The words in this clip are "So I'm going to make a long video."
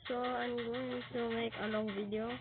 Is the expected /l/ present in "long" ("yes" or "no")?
no